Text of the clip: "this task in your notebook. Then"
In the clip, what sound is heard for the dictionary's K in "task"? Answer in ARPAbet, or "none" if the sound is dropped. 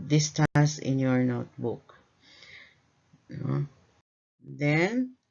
none